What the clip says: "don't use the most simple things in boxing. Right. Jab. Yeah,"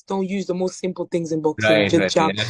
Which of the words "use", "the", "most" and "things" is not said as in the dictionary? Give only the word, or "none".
none